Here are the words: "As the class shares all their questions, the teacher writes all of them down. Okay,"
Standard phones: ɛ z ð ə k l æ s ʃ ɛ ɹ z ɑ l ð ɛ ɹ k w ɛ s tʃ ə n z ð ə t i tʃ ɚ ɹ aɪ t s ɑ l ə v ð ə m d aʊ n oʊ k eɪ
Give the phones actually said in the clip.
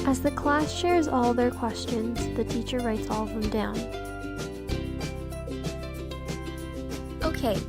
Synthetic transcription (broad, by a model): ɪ z ð ə k l æ s ʃ ɛ ɹ z ɑ l ð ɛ ɹ k w ɛ s tʃ ə n z ð ə t i tʃ ɚ ɹ aɪ t s ɑ l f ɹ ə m d aʊ n oʊ k eɪ